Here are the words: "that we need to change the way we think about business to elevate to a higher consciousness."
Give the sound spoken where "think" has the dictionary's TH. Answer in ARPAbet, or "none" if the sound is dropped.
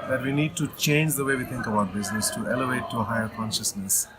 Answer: T